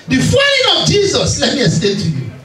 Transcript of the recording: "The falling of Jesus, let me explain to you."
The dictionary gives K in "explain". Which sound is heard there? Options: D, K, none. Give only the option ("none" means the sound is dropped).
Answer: none